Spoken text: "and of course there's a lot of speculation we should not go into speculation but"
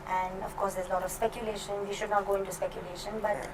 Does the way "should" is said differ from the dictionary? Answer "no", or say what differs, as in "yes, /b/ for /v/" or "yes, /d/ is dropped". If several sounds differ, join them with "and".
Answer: no